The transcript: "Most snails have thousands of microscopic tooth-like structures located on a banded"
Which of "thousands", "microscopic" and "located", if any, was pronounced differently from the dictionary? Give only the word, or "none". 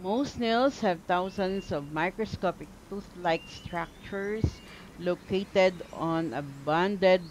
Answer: thousands